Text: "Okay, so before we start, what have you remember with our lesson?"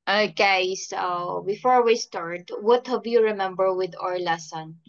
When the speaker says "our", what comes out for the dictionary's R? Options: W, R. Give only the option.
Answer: R